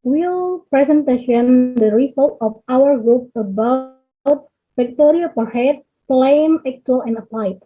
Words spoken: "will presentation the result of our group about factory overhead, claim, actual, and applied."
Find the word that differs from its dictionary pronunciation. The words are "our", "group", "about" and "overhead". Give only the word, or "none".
overhead